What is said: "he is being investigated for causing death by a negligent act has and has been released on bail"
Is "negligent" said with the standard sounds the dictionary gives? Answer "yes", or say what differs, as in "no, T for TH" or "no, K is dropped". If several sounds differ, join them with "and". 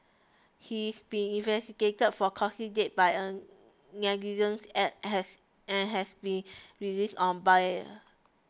no, L is dropped